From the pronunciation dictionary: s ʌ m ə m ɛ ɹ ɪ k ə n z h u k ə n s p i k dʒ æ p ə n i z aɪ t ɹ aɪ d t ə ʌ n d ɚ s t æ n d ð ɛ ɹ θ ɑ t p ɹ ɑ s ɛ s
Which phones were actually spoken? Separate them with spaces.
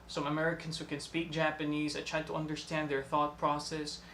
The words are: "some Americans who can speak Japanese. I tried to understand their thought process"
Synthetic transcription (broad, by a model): s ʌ m ə m ɛ ɹ ɪ k ə n z h u k ə n s p i k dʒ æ p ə n i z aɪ t ɹ aɪ d t ə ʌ n d ɚ s t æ n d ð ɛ ɹ θ ɑ t p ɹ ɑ s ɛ s